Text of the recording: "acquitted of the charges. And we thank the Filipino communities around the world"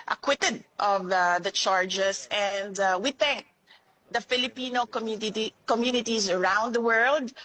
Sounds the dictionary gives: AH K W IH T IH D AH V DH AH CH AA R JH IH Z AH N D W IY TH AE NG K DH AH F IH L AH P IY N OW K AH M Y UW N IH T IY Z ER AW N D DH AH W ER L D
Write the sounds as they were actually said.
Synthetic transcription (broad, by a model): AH K W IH T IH D AH V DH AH CH AA R JH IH S AH N D W IY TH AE NG K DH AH F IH L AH P IY N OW K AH M Y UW N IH T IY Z ER AW N D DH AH W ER L D